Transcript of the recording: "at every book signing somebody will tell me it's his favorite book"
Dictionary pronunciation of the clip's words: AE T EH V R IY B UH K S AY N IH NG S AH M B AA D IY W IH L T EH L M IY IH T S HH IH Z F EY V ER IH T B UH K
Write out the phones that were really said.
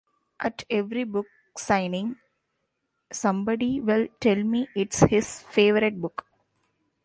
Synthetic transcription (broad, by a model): AE T EH V R IY B UH K S AY N IH NG S AH M B AA D IY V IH L T EH L M IY IH T S HH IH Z F EY V ER IH T B UH K